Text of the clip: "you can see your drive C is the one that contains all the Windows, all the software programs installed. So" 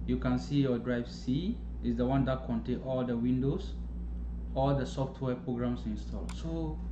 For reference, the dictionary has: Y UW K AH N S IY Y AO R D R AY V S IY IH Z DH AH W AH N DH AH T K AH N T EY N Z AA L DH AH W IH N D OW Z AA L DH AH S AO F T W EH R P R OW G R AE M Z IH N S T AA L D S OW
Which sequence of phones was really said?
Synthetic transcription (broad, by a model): Y UW K AH N S IY Y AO D R AY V S IY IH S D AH W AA N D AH T K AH N T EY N AA L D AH W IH N D OW S AA L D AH S AO F T W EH P R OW G R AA M S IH N S T AA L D S OW